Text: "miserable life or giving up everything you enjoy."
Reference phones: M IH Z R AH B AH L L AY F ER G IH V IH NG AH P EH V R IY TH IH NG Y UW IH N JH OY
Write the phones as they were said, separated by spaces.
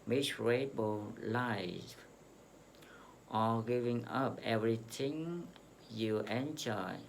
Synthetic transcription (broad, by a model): M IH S R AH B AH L L AY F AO G IH V IH NG AH P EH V R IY T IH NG Y UW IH N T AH